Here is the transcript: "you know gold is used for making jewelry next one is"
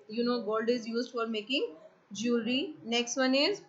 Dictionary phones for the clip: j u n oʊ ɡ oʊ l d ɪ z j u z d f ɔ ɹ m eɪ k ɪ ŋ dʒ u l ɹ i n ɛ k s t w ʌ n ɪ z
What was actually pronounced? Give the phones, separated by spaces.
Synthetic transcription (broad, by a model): j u n oʊ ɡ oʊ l d ɪ z j u z d f ɔ ɹ m eɪ k ɪ ŋ dʒ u ɹ i n ɛ k s t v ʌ n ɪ z